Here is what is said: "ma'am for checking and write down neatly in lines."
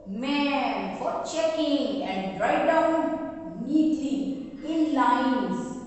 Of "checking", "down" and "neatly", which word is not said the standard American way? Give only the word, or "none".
neatly